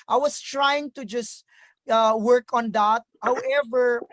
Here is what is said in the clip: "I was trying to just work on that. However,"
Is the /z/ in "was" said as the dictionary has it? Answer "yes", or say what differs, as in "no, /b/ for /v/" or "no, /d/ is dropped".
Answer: no, /s/ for /z/